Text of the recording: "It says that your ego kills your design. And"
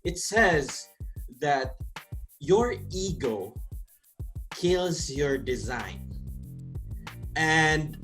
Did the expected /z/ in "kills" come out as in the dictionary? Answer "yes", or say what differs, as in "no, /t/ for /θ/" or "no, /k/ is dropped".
yes